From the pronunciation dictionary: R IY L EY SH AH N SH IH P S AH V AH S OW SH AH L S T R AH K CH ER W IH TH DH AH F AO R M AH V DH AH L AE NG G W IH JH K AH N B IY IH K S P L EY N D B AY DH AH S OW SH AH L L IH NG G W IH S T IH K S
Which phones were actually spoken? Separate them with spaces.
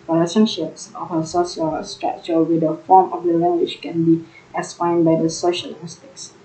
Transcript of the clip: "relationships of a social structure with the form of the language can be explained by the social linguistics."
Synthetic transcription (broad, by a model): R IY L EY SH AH N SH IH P S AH F AH S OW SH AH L S T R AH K CH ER W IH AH F AO M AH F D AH L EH NG G W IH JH K AH N B IY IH S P AA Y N B AY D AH S OW SH AH L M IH S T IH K S